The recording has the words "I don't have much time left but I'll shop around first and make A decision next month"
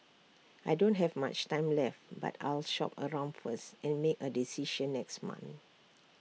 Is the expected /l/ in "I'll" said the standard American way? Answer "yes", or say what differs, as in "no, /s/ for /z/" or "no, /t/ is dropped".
yes